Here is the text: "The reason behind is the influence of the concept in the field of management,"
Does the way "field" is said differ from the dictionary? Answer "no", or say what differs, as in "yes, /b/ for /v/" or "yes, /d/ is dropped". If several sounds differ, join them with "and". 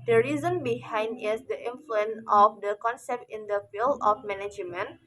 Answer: yes, /d/ is dropped